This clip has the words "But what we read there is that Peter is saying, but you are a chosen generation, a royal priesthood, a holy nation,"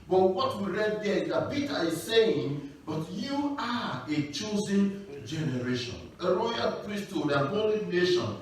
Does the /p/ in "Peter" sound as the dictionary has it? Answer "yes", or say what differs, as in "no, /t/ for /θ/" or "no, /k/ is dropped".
no, /b/ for /p/